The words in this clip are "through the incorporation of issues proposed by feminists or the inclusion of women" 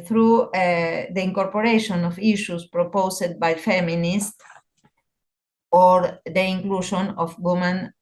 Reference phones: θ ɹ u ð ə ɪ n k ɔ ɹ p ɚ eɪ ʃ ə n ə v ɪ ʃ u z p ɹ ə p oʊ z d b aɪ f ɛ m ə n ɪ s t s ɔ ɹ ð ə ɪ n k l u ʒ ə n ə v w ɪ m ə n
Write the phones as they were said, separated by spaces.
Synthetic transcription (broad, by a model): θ ɹ u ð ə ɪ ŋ k ɔ ɹ p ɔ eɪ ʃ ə n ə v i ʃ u s p ɹ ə p oʊ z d b aɪ f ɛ m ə n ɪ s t ɔ ɹ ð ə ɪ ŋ k l u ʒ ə n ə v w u m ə n